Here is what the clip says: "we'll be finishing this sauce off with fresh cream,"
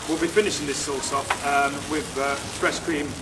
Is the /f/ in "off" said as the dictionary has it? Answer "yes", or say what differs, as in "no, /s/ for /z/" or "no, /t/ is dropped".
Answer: no, /p/ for /f/